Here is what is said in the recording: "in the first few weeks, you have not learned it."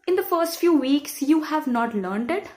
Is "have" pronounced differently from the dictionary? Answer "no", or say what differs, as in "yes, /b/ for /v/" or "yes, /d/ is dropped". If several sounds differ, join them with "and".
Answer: no